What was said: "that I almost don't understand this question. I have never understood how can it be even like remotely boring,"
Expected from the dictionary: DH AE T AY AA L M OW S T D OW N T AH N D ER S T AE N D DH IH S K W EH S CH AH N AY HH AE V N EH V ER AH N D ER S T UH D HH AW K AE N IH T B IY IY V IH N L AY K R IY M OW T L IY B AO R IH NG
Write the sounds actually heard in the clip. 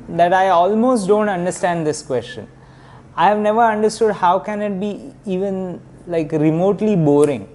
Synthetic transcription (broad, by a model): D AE T AY AA L M OW S T D OW N T AH N D ER S T AE N D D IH S K W EH S CH AH N AY HH AE V N EH V ER AH N D ER S T UH D HH AW K AE N IH T B IY IY V IH N L AY K R IY M OW T L IY B AO R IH NG